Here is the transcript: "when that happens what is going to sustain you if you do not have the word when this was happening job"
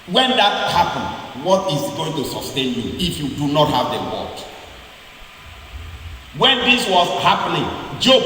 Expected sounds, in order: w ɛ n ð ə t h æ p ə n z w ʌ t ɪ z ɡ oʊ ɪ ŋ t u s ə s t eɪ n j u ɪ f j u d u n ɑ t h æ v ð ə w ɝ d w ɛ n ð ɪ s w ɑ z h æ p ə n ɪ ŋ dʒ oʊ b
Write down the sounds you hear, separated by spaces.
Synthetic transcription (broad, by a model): w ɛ n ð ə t h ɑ p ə n w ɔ t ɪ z ɡ oʊ ɪ ŋ t u s ə s t eɪ n j u ɪ f j u d u n ɑ t h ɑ v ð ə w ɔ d w ɛ n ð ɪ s w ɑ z h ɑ p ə n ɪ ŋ dʒ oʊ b